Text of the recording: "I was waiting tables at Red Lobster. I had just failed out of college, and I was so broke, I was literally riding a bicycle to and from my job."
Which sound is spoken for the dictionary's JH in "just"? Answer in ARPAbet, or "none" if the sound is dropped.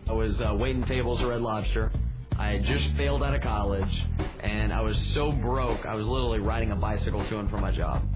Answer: JH